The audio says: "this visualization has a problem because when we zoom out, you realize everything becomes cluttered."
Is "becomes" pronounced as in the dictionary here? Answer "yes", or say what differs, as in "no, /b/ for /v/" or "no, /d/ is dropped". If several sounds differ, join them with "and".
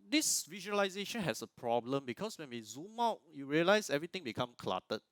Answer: no, /z/ is dropped